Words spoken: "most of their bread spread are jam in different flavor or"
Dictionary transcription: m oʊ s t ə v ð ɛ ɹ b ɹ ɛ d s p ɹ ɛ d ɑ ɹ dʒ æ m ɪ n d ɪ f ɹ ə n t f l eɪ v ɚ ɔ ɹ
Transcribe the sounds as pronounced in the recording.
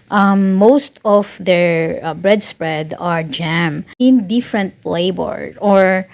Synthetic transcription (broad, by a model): m oʊ s t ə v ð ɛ ɹ b ɹ ɛ d s p ɹ ɛ d ɑ ɹ dʒ æ m ɪ n d ɪ f ɹ ə n t p l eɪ b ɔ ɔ ɹ